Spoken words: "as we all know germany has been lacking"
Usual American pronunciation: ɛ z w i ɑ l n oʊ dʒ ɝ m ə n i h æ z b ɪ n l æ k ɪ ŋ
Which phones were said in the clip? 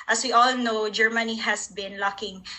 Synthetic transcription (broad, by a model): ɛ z w i ɑ l n oʊ dʒ ɝ m ə n i h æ s b ɪ n l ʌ k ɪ ŋ